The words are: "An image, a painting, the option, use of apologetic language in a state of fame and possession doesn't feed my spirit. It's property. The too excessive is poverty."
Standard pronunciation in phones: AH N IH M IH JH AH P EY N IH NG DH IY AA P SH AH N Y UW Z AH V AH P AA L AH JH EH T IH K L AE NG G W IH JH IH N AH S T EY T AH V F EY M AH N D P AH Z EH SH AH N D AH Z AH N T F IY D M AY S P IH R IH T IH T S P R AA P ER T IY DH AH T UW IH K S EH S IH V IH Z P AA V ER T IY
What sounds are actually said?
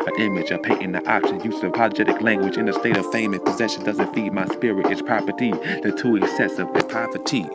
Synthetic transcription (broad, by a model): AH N IH M IH JH AH P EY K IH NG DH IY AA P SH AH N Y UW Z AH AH P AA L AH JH EH T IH K L AE NG G W IH JH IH N AH S T EY T AH V F EY M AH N P AH Z EH SH AH N D AH Z AH N T F IY D M AY S P IH R IH T IH T S P R AA P ER T IY DH AH T UW IH K S EH S IH V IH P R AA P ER T IY